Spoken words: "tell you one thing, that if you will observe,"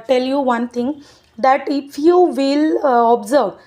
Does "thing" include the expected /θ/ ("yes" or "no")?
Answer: no